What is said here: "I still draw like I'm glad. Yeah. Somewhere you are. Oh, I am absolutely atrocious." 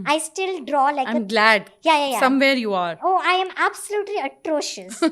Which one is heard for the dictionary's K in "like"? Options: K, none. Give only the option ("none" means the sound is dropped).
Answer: none